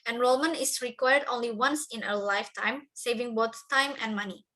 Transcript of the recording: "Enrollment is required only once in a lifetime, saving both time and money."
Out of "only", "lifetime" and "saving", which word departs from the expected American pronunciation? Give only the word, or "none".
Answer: none